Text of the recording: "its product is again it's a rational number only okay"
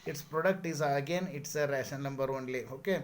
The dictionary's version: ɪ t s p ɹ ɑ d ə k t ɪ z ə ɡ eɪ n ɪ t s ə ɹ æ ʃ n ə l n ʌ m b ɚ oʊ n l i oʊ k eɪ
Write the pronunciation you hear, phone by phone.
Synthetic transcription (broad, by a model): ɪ t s p ɹ ɑ d ə k t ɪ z ə ɡ eɪ n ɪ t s ə ɹ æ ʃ ə n ʌ m b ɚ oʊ n l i oʊ k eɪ